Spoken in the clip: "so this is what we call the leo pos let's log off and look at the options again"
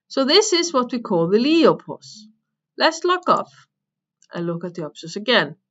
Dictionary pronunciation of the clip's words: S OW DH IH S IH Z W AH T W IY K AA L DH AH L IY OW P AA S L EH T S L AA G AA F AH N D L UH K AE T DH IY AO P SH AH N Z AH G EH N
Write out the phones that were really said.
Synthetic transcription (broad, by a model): S OW DH IH S IH Z W AH T W IY K AA L DH AH L IY OW P AA S L EH T S L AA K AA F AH N L UH K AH T DH IY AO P S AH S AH G EH N